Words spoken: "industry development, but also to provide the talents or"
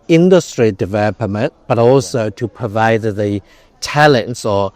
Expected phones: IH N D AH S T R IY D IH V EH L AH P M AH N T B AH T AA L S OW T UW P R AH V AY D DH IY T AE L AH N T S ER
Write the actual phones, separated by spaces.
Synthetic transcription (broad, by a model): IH N D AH S T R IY D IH V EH L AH P M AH N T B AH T AA L S OW T UW P R AH V AY D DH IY T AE L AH N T S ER